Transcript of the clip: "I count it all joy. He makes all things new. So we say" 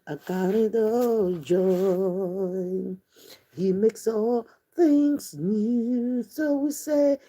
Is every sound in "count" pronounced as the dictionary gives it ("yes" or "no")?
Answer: no